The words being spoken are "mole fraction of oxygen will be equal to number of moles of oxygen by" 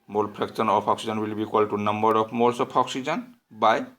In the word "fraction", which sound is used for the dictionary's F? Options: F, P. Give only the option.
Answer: P